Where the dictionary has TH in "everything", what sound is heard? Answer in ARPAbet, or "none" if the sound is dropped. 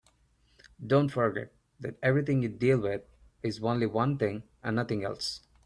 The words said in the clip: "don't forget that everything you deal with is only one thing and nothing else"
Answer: T